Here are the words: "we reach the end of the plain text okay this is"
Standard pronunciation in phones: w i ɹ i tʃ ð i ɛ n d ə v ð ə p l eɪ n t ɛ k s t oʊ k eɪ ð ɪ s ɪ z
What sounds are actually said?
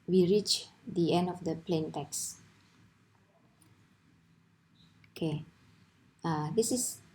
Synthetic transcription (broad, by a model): w i ɹ i tʃ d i ɛ n d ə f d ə p l eɪ n t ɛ k s oʊ k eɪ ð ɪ s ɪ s